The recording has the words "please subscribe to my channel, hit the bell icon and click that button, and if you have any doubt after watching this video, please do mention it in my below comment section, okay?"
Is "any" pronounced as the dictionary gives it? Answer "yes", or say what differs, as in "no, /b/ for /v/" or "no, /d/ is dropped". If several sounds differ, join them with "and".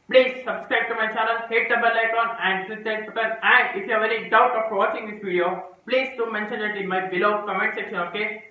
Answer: no, /l/ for /n/